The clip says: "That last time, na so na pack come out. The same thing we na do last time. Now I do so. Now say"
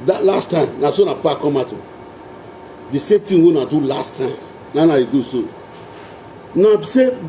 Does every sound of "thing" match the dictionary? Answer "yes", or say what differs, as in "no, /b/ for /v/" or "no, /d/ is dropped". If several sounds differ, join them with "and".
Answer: no, /t/ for /θ/